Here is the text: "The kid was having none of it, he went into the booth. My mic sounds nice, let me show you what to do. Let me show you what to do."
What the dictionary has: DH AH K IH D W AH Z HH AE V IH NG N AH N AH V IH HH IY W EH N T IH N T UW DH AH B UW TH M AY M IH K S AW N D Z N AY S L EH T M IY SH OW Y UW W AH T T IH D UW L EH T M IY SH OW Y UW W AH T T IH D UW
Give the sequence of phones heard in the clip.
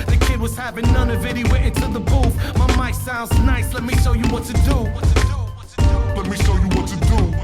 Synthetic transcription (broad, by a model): DH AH K IH D W AH Z HH AE V IH NG N AH N AH V IH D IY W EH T IH N T UW DH AH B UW F M AY M IH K S AW N D Z N AY S L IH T M IY SH OW Y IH W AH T T IH D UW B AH T M IY SH OW Y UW W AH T T IH D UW